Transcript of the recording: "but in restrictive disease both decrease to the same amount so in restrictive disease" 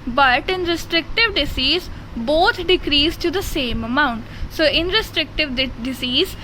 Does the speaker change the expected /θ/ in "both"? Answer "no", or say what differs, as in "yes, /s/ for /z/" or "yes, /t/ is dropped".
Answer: yes, /t/ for /θ/